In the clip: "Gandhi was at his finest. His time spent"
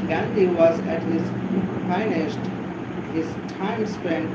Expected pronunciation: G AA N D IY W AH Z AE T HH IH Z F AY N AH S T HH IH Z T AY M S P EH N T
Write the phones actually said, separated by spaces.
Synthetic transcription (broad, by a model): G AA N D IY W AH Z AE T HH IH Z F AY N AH SH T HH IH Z T AY M S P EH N